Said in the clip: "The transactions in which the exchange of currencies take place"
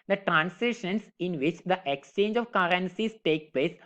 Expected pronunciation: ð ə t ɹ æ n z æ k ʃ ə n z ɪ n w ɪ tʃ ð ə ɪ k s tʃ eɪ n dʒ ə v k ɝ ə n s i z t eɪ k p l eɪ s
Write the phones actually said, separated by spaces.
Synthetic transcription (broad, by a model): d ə t ɹ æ n s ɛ ʃ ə n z ɪ n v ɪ tʃ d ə ɪ k s tʃ eɪ n dʒ ə v k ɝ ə n s i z t eɪ k p l eɪ s